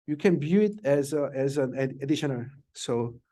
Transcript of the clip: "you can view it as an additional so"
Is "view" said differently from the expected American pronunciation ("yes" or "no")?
yes